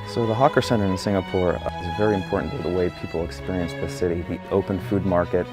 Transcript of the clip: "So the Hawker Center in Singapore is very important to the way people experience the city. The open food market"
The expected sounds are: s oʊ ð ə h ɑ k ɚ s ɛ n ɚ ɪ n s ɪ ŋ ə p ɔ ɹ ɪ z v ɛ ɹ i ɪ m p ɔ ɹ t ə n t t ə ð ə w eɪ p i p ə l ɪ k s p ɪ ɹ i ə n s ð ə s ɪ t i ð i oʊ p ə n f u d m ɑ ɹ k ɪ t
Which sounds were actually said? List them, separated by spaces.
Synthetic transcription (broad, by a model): s oʊ ð ə h ɑ k ɚ s ɛ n ɚ ɪ n s ɪ ŋ ə p ɔ ɹ ɪ z v ɛ ɹ i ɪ m p ɔ ɹ t n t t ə ð ə w eɪ p i p l ɪ k s p ɪ ɹ i ə n s ð ə s ɪ t i ð i oʊ p ə n f u d m ɑ ɹ k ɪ t